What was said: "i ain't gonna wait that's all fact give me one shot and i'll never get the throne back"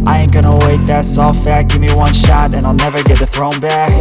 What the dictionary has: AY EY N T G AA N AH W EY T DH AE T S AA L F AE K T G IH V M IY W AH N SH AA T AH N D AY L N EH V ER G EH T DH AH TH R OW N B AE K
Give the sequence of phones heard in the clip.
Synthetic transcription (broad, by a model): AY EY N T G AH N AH W EY T DH AE T S AA L F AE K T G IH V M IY W AH N SH AA T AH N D AY L N EH V ER G EH T DH AH TH R OW N B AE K